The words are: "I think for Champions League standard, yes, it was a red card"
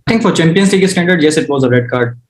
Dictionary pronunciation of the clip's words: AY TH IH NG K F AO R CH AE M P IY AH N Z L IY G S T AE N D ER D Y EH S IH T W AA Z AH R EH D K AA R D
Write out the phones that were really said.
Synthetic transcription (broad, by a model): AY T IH NG K F AO R CH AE M P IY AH N S L IY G S T AE N D ER D Y EH S IH T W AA Z AH R EH D K AA R D